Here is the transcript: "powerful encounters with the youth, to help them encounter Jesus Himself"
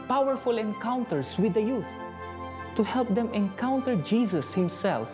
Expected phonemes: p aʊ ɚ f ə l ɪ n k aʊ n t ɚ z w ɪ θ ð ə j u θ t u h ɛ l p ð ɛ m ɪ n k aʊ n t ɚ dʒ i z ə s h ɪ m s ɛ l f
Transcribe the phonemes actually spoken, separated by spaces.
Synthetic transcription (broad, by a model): p aʊ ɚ f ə l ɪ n k aʊ n t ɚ s w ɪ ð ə j u θ t u h ɛ l p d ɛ m ɪ n k aʊ n t ɚ dʒ i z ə s h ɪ m s ɛ l f